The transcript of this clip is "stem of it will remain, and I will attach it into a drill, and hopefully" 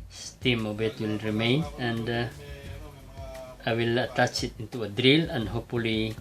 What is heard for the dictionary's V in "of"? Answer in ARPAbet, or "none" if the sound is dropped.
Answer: B